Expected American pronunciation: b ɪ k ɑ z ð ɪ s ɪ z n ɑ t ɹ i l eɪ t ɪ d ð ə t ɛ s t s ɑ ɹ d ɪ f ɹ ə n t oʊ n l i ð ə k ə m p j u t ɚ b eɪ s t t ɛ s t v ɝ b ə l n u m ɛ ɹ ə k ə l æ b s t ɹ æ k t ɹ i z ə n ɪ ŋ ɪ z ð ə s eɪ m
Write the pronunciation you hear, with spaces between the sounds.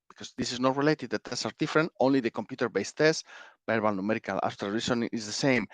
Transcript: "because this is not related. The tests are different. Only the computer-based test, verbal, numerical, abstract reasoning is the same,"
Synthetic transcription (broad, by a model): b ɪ k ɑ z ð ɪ s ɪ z n ɑ t ɹ i l eɪ t ɪ d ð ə t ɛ s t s ɑ ɹ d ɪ f ɹ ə n t oʊ n l i ð ə k ə m p j u t ɚ b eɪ s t t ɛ s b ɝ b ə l n u m ɛ ɹ ə k ə l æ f t ʌ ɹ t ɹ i s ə n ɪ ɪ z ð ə s eɪ m